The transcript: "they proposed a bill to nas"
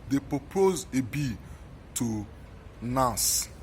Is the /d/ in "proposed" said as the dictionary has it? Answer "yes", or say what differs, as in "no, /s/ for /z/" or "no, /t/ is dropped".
no, /d/ is dropped